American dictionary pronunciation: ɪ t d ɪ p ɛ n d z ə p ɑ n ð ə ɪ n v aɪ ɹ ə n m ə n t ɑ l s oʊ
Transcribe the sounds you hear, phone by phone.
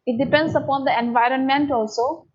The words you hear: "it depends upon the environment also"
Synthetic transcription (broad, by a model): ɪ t d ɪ p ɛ n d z ə p ɑ n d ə ɪ n v aɪ ɹ ə n m ə n t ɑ l s oʊ